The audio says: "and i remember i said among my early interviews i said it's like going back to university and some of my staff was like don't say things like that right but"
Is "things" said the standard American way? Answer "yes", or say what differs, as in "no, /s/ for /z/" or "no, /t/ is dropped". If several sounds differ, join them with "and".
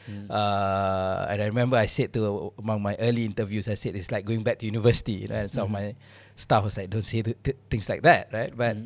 no, /t/ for /θ/ and /s/ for /z/